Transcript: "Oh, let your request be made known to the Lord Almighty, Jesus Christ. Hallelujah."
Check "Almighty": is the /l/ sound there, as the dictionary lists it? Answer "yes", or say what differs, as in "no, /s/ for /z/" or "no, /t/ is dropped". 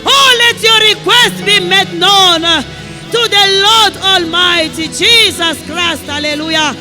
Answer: yes